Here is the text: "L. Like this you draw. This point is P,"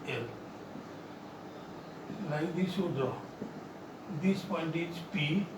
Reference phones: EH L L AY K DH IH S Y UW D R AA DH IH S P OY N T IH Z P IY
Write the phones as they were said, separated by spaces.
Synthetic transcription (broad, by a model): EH L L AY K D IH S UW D AA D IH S P OY N T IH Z P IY